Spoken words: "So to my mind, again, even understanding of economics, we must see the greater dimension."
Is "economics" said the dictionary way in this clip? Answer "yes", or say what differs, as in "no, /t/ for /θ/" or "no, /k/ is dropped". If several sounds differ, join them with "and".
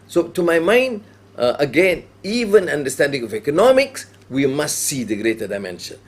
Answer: yes